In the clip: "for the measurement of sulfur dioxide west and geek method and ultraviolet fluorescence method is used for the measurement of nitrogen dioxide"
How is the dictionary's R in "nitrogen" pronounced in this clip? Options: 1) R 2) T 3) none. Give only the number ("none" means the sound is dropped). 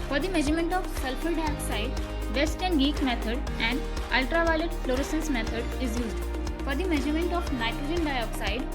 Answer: 3